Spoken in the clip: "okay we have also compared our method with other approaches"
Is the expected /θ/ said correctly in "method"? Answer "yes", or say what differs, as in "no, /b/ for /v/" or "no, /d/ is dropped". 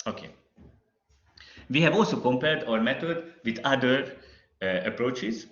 no, /t/ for /θ/